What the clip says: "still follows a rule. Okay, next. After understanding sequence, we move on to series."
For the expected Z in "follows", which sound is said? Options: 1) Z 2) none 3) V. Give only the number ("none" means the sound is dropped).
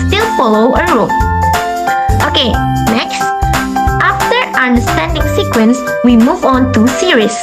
2